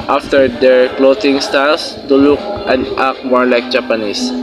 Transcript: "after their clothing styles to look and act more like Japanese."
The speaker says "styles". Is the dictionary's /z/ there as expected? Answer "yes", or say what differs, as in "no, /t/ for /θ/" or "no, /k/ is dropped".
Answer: no, /s/ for /z/